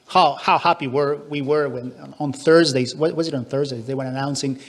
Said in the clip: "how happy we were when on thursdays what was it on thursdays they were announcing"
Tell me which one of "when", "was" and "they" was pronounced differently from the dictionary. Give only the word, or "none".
none